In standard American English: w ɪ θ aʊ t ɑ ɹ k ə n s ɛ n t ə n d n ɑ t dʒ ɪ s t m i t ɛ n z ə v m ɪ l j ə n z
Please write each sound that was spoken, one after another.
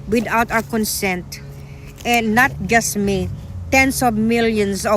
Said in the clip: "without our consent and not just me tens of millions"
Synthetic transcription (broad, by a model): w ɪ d aʊ t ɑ w k ə n s ɛ n t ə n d n ɑ t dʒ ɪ s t m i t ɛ n s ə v m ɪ l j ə n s